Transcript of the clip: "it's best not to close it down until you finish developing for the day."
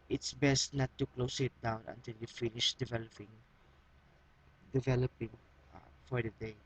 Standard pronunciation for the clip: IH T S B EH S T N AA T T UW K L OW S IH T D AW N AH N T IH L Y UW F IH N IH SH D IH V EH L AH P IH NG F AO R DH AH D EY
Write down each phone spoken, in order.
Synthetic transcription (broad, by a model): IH T S B EH S T N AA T T UW K L OW S IH T D AW N AH N T IH L Y UW F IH N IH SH D IH V EH L AH P IH NG F AO R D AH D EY